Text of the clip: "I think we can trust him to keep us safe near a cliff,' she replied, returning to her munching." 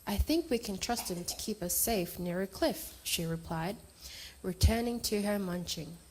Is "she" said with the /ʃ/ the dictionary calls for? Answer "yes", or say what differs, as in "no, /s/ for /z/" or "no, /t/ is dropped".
yes